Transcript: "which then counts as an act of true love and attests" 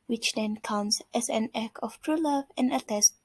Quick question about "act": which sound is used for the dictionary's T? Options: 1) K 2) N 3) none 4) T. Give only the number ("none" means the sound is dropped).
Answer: 3